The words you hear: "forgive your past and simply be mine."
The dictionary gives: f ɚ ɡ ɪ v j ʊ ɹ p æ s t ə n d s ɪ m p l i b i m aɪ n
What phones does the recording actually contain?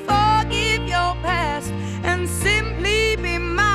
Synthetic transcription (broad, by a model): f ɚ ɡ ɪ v j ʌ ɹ p æ s t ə n s ɪ m p l i b i m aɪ